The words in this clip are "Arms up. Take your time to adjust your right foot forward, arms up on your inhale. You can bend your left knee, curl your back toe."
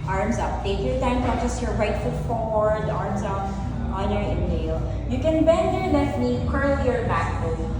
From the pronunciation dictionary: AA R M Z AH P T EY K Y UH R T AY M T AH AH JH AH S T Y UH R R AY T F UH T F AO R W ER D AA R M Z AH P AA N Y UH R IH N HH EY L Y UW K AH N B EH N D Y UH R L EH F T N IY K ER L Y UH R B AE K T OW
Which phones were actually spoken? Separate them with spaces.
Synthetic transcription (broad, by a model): AA R M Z AH P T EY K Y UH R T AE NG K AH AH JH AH S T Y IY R R AY T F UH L F AO R W ER D AA R M Z AH P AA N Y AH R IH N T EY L Y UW K AH N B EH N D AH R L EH T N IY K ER L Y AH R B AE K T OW